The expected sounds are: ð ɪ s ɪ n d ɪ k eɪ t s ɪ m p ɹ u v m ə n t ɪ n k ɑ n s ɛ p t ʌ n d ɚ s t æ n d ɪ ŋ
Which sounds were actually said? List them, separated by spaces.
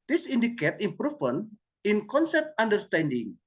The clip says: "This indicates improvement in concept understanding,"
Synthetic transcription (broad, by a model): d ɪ s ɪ n d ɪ k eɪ t ɪ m p ɹ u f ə n ɪ n k ɑ n s ɛ p t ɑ n d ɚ s t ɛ n d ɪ ŋ